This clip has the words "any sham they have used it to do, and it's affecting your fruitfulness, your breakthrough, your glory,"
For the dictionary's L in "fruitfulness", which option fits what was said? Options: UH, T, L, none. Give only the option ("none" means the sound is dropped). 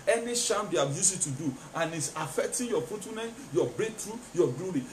none